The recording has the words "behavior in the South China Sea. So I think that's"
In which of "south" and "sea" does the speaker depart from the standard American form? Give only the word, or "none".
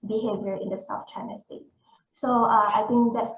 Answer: south